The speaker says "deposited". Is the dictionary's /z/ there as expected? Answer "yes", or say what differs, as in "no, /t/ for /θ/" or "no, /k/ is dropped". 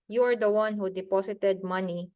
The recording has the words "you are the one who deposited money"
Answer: no, /s/ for /z/